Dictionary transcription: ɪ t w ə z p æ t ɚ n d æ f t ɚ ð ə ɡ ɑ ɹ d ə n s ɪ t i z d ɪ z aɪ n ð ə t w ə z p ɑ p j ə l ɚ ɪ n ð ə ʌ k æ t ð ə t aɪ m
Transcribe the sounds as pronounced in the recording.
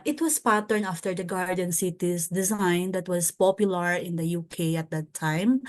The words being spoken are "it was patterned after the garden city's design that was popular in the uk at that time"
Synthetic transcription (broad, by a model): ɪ t w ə s p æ t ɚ n ɑ f t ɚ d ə ɡ ɑ ɹ d ə n s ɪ t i s d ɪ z aɪ n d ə t w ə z p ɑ p j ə l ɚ ɪ n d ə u k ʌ t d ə t aɪ m